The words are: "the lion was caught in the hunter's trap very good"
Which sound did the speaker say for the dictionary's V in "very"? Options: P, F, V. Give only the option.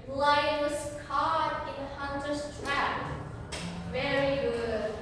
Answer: V